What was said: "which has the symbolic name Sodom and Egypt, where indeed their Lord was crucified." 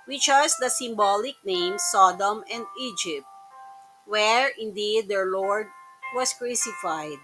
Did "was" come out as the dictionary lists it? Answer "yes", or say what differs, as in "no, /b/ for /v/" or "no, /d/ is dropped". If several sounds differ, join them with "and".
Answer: no, /s/ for /z/